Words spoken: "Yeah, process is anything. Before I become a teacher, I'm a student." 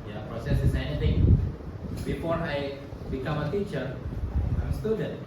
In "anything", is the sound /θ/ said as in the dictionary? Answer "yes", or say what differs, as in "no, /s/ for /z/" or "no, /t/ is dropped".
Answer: no, /t/ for /θ/